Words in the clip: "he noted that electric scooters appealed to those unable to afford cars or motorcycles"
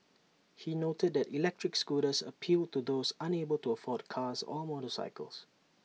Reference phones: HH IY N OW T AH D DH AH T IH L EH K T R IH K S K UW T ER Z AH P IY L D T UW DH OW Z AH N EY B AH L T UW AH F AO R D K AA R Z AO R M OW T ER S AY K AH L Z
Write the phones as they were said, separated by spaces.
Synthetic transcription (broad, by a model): HH IY N OW T AH D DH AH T IH L EH K T R IH K S K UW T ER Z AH P IY L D T UW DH OW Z AH N EY B AH L T UW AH F AO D K AA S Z AO L M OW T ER S AY K AH L S